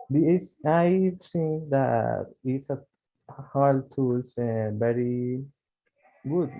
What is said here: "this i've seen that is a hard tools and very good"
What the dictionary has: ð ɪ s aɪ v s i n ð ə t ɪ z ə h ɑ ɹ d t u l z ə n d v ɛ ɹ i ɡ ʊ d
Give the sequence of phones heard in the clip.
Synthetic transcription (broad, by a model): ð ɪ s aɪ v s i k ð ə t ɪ s ə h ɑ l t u l s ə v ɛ ɹ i ɡ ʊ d